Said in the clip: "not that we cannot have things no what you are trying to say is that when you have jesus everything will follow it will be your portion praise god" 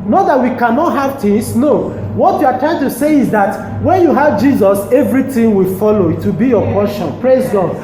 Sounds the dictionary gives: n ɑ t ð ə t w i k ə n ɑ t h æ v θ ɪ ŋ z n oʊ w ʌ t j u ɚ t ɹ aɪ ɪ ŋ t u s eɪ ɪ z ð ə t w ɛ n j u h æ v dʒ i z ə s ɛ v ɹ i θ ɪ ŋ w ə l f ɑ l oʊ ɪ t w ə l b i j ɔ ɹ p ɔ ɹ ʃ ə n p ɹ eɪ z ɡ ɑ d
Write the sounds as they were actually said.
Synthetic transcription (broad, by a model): n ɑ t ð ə t w i k ə n ɑ t h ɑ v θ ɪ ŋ s n oʊ w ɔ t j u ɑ t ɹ aɪ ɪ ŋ t u s eɪ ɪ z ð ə t w ɛ n j u h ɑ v dʒ i z ə s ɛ v ɹ i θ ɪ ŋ w ə l f ɑ l oʊ ɪ t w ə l b i j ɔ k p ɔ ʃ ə n p ɹ eɪ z ɡ ɑ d